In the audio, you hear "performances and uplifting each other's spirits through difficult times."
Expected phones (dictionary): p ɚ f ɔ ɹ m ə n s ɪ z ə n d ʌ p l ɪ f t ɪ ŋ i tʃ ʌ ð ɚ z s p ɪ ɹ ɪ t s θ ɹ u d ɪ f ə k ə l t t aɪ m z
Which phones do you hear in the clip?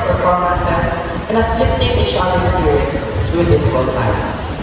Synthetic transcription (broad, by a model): p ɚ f ɔ ɹ m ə n s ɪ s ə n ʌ f l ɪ p t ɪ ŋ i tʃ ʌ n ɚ s p ɪ ɹ ɪ t s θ ɹ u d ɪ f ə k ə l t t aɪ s